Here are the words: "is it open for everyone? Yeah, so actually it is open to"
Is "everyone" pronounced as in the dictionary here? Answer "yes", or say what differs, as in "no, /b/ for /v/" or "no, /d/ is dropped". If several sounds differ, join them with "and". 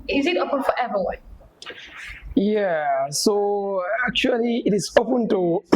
no, /ɹ/ is dropped